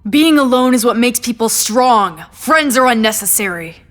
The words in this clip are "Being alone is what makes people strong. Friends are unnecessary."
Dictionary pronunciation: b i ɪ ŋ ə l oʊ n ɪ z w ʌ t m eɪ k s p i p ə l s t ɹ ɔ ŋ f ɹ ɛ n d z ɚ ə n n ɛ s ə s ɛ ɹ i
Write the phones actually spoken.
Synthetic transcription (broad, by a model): b i ɪ ŋ ə l oʊ n ɪ z w ʌ t m eɪ k s p i p l s t ɹ ɔ ŋ f ɹ ɛ n d z ɚ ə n n ɛ s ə s ɛ ɹ i